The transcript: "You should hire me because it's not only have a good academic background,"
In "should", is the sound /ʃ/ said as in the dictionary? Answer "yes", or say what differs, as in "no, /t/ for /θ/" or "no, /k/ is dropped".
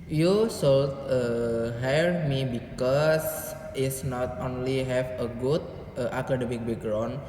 no, /s/ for /ʃ/